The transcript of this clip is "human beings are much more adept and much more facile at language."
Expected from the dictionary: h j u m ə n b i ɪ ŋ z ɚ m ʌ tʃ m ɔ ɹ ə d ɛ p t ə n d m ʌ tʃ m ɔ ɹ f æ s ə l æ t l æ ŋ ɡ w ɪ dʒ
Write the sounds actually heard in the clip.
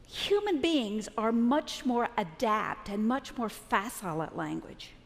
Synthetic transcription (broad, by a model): h j u m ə n b i ɪ ŋ z ɚ m ʌ tʃ m ɔ ɹ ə d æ p t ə n m ʌ tʃ m ɔ ɹ f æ s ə l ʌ t l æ ŋ ɡ w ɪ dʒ